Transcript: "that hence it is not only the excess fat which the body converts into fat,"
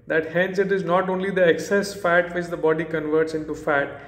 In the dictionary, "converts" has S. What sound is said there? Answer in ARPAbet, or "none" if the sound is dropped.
S